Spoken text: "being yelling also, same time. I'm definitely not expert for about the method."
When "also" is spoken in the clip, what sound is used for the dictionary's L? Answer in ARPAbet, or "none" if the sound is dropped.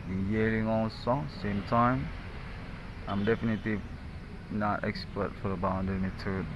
N